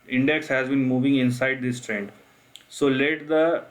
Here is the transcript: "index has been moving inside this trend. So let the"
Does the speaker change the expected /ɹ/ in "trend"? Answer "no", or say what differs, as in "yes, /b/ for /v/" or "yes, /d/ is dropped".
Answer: no